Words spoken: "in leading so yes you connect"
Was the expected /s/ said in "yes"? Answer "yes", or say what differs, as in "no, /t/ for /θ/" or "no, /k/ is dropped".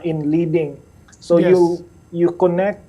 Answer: no, /s/ is dropped